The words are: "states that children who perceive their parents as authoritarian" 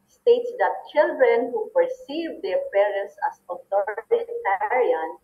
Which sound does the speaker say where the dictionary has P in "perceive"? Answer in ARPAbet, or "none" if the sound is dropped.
P